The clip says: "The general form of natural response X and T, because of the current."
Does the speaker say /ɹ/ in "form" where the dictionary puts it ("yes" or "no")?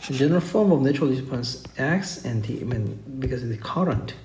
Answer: yes